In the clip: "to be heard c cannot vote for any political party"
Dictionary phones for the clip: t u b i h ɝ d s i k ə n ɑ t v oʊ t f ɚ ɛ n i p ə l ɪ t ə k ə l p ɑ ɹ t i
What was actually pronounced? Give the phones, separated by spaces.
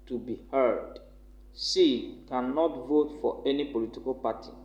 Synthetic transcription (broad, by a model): t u b i h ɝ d s i k ə n ɑ t v oʊ t f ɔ ɛ n i p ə l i t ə k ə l p ɑ t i